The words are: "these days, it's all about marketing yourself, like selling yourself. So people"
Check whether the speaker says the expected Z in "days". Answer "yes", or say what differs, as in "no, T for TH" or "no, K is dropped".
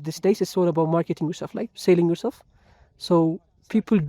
no, S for Z